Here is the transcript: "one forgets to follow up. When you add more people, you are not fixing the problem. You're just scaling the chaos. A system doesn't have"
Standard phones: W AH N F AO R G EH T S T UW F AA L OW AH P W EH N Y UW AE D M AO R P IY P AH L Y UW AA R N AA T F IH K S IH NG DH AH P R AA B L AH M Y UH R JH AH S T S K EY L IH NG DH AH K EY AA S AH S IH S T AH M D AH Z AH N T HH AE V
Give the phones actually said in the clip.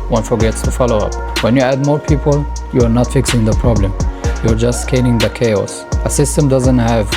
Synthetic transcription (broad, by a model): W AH N F AO R G EH T S T UW F AA L OW AH P W EH N Y UW AE D M AO R P IY P AH L Y UW AA R N AA T F IH K S IH NG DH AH P R AA B L AH M Y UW R JH AH S T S K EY N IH NG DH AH K EY AA S AH S IH S T AH M D AH Z AH N T HH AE V